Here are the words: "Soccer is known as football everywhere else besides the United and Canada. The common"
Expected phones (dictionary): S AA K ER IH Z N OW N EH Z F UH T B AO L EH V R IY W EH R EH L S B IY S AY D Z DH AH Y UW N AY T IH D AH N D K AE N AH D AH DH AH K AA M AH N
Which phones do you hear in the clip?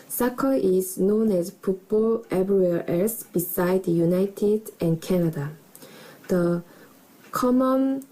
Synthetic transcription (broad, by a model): S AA K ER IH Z N OW N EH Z P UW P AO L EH B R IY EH L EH S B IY S AY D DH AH Y UW N AY T IH D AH N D K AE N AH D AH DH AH K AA M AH N